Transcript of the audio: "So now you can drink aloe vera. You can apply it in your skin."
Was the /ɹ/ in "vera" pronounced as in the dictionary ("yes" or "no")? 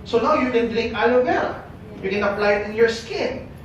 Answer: no